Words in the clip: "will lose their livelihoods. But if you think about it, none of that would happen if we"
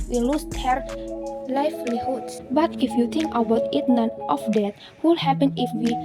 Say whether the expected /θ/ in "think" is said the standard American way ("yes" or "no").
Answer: no